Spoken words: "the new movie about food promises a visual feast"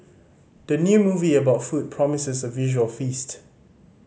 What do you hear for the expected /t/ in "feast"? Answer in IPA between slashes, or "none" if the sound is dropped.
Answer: /t/